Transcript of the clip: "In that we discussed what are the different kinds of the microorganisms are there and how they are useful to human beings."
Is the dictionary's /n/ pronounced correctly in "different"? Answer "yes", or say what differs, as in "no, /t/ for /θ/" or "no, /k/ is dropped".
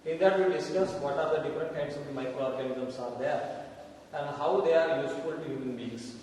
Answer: yes